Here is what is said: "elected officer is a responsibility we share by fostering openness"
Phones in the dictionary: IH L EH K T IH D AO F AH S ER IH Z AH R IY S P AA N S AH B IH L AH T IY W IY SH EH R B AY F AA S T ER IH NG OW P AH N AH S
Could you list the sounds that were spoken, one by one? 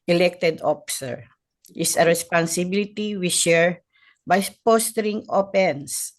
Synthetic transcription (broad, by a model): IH L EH K T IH D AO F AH S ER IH S AH R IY S P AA N S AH B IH L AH T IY W IY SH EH R B AY P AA S T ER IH NG OW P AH N S